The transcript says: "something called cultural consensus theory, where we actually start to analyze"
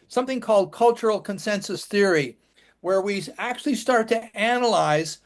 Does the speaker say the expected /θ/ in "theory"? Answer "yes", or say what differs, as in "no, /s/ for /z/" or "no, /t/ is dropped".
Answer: yes